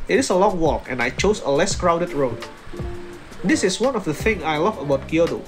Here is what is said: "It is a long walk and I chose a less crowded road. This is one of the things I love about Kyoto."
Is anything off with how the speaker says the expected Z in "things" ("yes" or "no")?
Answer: yes